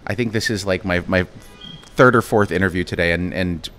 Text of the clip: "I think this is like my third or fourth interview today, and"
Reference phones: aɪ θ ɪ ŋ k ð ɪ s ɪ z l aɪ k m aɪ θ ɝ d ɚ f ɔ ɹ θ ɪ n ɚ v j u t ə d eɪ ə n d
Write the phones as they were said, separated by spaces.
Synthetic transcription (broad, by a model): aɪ θ ɪ ŋ k ð ɪ s ɪ z l aɪ k m aɪ θ ɝ d ɚ f ɔ ɹ θ ɪ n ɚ v j u t ə d eɪ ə n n